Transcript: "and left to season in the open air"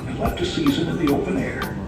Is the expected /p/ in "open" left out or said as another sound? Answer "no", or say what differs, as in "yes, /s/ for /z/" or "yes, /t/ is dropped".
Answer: no